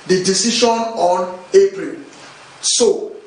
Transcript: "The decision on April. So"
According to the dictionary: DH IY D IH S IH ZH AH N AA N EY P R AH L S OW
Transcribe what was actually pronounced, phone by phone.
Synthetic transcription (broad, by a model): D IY D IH S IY SH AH N AA N EY P R AH L S OW